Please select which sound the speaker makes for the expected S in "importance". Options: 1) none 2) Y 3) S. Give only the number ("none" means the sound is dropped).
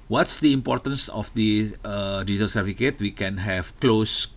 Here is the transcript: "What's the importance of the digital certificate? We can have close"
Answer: 3